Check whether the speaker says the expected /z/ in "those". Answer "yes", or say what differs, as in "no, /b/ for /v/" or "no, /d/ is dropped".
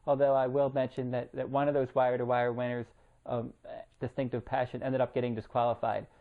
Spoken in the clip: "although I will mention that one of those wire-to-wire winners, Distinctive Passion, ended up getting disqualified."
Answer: yes